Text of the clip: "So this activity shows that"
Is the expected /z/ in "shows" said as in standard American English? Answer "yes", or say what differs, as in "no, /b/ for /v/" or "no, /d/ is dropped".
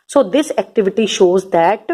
yes